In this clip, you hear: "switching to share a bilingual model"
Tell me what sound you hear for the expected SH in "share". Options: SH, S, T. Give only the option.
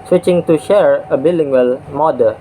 SH